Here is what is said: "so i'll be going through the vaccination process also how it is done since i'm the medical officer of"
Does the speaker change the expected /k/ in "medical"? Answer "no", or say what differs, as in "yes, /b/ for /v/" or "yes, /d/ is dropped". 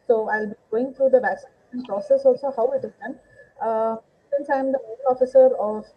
yes, /k/ is dropped